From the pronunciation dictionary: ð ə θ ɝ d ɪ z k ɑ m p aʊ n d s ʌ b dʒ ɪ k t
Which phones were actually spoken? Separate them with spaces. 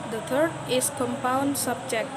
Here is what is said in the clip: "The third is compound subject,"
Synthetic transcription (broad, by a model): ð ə t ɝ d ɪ s k ɑ m p aʊ n d s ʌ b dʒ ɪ k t